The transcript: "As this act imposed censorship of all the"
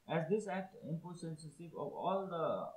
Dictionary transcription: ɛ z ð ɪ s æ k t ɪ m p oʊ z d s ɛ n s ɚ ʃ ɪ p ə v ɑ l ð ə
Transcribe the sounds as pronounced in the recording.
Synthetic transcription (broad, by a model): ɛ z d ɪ s æ k t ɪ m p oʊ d s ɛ n s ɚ s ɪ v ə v ɑ l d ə